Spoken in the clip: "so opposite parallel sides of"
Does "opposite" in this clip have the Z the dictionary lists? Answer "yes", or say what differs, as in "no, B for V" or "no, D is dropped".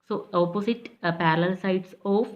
no, S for Z